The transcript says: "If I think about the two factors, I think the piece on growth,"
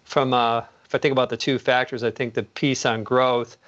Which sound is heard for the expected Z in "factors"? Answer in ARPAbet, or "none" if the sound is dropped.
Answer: Z